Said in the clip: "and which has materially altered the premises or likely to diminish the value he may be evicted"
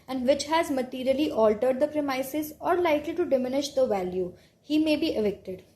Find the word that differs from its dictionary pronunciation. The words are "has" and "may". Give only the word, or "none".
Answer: none